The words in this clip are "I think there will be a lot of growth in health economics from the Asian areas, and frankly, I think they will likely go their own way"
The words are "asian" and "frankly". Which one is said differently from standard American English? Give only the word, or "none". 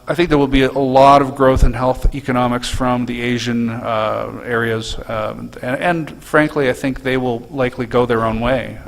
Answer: none